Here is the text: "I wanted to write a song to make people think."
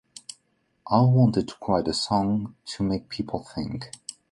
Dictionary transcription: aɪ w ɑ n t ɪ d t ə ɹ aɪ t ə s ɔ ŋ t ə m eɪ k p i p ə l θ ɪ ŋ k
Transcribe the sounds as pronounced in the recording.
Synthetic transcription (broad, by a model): aɪ w ɑ n t ɪ d t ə ɹ aɪ t ə s ɔ ŋ t ə m eɪ k p i p l θ ɪ ŋ k